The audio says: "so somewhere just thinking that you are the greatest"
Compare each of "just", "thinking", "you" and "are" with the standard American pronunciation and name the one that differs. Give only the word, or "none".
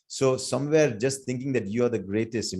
thinking